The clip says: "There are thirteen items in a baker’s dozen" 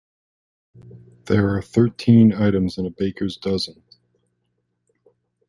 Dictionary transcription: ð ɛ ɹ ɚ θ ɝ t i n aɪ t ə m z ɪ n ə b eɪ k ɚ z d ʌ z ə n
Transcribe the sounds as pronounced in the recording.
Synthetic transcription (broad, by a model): ð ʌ ɹ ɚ θ ɝ t i n aɪ t ə m z ɪ n ə b eɪ k ɚ z d ʌ z ə n